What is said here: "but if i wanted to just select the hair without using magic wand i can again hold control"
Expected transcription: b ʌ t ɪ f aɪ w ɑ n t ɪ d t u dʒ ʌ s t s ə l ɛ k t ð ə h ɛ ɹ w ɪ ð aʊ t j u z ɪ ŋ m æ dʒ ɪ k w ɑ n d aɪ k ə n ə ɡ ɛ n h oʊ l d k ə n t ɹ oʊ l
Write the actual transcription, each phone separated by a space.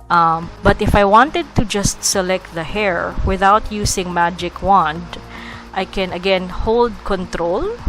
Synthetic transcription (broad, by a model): b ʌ t ɪ f aɪ w ɑ n t ɪ d t u dʒ ʌ s t s ə l ɛ k t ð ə h ɛ ɹ w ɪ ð aʊ t j u s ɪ ŋ m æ dʒ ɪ k w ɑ n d aɪ k ə n ə ɡ ɛ n h oʊ l d k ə n t ɹ oʊ l